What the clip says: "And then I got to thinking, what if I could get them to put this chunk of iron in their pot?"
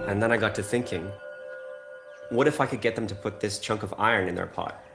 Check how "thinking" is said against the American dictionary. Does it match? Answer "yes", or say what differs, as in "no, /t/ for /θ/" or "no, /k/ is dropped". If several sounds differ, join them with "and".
yes